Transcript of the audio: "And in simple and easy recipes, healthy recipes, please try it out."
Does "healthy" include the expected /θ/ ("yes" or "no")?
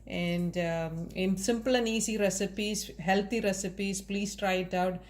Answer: no